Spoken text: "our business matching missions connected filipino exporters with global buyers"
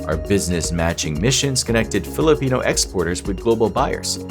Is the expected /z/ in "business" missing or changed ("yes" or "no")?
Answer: no